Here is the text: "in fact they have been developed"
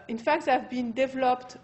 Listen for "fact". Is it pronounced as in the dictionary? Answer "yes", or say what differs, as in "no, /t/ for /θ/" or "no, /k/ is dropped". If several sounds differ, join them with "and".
yes